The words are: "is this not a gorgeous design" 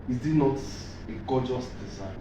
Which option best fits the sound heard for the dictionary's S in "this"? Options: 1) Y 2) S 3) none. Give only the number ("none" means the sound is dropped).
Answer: 3